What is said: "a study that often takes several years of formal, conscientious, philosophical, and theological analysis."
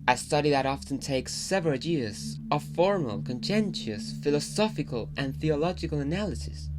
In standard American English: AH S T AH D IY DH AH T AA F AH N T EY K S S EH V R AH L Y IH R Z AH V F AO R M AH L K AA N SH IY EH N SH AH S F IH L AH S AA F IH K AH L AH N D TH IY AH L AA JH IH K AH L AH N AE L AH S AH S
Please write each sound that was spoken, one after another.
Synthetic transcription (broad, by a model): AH S T AH D IY DH AH T AA F AH N T EY K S S EH V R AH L Y IH R Z AH V F AO R M AH L K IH N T EH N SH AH S F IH L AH S AA F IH K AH L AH N TH IY AH L AA JH IH K AH L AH N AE L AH S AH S